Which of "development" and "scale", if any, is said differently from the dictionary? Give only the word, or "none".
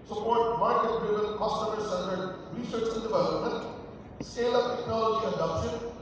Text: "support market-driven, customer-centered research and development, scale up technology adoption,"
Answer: scale